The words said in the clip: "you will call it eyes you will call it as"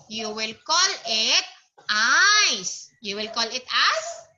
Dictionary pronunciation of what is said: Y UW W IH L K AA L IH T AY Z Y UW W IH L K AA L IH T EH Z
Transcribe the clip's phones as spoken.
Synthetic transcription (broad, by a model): Y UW W IH L K AA L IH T AY S Y UW W IH L K AA L IH T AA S